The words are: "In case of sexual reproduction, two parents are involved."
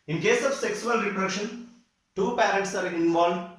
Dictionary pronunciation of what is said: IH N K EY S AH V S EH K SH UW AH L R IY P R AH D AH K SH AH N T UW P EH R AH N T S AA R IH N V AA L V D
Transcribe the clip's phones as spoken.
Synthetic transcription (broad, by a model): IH N K EY S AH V S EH K S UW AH L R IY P R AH SH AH N T UW P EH R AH N T S AA R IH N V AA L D